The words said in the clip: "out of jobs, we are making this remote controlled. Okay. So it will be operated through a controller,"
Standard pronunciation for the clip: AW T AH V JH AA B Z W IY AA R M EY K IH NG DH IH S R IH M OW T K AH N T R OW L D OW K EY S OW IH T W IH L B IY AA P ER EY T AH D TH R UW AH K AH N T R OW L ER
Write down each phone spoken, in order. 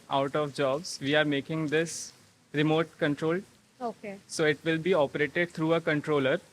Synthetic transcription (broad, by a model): AW T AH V JH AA B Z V IY AA R M EY K IH NG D IH S R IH M OW T K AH N T R OW L OW K EY S OW IH T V IH L B IY AA P ER EY T AH D T R UW AH K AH N T R OW L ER